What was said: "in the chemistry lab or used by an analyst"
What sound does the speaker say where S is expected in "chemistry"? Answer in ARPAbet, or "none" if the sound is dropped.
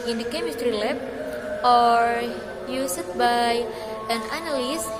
none